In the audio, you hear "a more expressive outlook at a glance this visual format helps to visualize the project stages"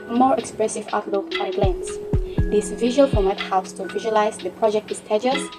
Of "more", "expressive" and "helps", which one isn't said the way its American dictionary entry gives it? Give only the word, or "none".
none